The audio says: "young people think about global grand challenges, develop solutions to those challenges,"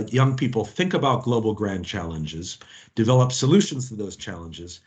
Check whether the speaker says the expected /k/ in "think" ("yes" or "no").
yes